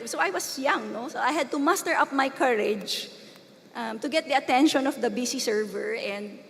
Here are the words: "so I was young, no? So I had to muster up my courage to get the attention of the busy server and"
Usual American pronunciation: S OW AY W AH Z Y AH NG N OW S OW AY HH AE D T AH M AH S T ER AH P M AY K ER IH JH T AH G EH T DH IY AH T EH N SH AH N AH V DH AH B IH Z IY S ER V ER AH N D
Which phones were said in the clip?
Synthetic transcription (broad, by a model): S OW AY W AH S Y AH NG N OW S OW AY HH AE D T AH M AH S T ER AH P M AY K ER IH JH T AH G EH T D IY AH T EH N SH AH N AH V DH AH B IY S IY S ER V ER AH N D